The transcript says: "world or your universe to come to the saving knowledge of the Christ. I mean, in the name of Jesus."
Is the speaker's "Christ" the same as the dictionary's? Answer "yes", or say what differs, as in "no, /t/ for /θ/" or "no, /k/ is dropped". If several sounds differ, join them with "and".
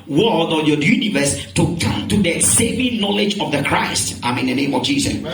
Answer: yes